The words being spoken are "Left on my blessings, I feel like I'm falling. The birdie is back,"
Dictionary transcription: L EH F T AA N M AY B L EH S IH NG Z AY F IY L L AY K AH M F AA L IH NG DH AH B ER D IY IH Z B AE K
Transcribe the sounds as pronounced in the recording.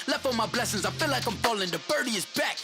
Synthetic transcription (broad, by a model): L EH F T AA M AY B L EH S IH NG Z AY F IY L L AY K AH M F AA L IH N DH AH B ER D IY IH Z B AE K